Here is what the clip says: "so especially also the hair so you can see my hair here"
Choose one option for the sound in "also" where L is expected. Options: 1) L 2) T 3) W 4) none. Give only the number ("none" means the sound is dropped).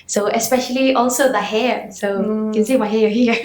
1